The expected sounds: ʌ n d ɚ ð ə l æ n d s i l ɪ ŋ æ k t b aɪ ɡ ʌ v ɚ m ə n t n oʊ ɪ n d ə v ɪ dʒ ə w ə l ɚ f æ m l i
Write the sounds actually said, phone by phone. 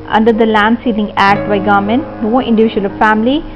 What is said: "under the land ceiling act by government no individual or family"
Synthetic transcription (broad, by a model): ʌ n d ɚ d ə l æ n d s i n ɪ ŋ æ k t b aɪ ɡ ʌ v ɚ m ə n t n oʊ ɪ n d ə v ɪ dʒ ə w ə l f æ m l i